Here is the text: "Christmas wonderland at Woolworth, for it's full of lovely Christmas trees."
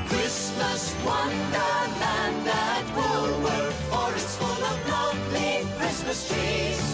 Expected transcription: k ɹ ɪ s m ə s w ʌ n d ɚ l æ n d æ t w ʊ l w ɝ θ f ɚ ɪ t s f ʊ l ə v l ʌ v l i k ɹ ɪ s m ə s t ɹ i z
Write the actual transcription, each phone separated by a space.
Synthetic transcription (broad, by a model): k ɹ ɪ s m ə s w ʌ n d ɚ æ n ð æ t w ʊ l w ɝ f ɚ ɪ t s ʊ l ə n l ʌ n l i k ɹ ɪ s m ə s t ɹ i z